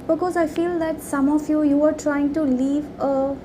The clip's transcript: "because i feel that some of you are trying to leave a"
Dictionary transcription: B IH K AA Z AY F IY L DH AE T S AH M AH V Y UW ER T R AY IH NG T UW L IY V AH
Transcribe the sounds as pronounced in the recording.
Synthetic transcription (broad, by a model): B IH K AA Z AY F IY L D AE T S AH M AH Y Y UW ER T R AY IH NG T UW L IY V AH